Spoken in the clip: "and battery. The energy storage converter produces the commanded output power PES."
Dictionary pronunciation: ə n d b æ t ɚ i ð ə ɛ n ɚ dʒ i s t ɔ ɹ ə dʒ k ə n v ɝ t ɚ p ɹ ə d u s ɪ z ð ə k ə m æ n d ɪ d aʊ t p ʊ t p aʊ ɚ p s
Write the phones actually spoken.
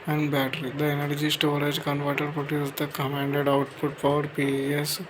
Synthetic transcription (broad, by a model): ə n d b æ t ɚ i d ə ɛ n ɚ dʒ i s t ɔ ɹ ə dʒ k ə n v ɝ t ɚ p ə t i ɪ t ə k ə m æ n d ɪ d aʊ t p ʊ t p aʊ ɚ p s